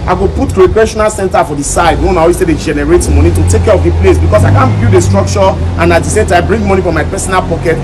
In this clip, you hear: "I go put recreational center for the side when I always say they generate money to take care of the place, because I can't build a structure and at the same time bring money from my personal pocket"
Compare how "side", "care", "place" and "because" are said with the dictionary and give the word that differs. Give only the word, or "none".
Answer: because